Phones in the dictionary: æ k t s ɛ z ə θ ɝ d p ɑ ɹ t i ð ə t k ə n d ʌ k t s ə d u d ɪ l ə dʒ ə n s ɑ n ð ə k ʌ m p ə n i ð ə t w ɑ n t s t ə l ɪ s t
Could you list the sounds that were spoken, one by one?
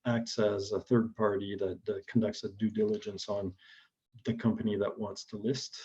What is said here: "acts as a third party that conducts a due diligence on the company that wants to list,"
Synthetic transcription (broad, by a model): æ k t s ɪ z ə θ ɝ d p ɑ ɹ t i ð ə t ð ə n d ʌ k t s ə d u d ɪ l ə dʒ ə n s n ð ə k ʌ m p ə n i ð ə t w ɑ n t s t ə l ɪ s t